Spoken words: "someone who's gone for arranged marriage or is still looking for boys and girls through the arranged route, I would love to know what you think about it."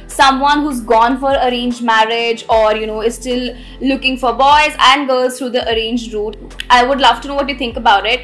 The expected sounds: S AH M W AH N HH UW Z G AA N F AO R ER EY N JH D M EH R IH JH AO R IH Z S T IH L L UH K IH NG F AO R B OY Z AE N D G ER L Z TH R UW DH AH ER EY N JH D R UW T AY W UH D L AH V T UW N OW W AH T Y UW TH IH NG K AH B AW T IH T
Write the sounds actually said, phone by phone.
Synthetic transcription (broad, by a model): S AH M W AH N HH UW Z G AA N F AO R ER EY N JH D M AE R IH JH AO R IH Z S T IH L L UH K IH NG F AO R B OY Z AE N D G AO Z T R UW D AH ER EY N JH D R UW T AY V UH D L AH V T UW N OW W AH T Y UW T IH NG K AH B AW T IH T